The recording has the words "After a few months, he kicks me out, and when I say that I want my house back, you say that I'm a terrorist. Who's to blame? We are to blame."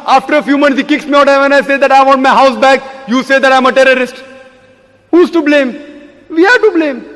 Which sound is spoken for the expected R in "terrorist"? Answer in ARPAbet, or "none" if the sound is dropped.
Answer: R